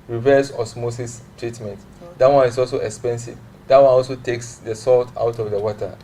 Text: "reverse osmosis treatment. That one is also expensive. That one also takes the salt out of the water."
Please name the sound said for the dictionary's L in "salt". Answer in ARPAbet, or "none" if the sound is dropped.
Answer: L